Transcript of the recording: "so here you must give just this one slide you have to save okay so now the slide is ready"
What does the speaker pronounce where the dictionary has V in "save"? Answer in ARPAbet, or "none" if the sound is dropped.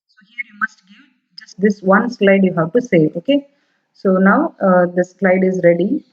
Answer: none